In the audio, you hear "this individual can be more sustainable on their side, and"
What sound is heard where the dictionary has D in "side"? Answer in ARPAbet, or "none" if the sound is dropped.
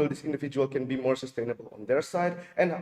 D